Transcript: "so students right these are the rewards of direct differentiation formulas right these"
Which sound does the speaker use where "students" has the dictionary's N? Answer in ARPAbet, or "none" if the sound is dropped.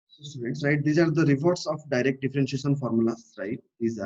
none